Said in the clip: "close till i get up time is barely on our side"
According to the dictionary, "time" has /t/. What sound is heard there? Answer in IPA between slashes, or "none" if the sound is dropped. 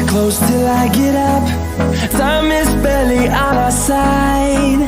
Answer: /s/